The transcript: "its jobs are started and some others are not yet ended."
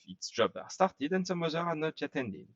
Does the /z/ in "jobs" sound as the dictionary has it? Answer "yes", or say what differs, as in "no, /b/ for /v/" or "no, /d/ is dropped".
no, /z/ is dropped